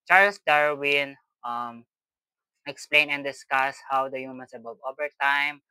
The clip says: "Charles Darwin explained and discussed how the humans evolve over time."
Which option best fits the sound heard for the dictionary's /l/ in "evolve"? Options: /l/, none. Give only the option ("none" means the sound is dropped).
none